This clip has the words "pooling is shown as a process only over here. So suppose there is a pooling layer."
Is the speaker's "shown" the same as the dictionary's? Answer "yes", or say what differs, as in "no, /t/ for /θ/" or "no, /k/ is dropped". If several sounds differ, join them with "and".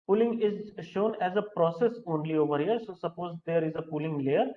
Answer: yes